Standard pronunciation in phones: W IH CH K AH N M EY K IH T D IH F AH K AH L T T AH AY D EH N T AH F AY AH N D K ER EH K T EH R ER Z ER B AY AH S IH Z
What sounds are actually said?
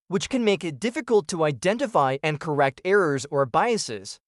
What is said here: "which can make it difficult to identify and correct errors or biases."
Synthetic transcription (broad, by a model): W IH CH K AH N M EY K IH T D IH F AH K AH L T T AH AY D EH N T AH F AY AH N K ER EH K T EH R ER Z ER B AY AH S IH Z